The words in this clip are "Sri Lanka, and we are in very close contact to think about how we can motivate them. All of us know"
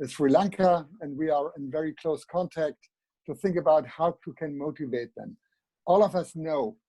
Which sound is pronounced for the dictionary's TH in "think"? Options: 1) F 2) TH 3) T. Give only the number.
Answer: 2